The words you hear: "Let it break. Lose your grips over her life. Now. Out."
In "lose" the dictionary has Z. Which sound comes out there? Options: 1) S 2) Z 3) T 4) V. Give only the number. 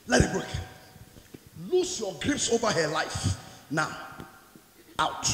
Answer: 1